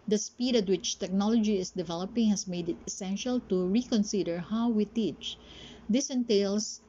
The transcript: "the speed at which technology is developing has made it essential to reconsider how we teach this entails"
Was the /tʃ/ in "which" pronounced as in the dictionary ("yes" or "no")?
yes